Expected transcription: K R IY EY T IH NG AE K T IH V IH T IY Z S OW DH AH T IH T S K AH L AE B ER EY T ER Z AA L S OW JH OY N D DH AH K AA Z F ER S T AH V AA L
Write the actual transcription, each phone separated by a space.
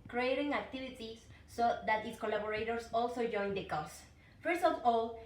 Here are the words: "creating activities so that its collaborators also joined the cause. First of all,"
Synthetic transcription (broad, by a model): K R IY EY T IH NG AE K T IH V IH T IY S S OW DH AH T IH T S K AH L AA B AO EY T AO S AA L S OW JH OY N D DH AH K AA S F ER S T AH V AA L